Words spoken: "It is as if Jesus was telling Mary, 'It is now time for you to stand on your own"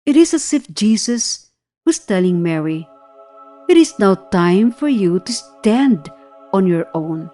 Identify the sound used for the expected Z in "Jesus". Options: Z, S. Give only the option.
S